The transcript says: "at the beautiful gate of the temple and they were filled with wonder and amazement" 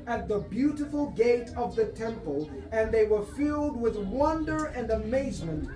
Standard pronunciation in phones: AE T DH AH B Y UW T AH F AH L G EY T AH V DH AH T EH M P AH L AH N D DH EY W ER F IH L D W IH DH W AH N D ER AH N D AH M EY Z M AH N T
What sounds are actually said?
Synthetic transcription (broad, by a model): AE T DH AH B Y UW T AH F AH L G EY T AH V DH AH T EH M P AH L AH N DH EY W ER F IH L D W IH DH W AH N D ER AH N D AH M EY Z M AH N T